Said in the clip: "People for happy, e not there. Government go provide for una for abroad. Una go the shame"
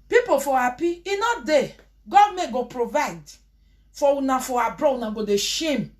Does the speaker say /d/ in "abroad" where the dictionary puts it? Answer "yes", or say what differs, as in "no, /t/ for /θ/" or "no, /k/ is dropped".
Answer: no, /d/ is dropped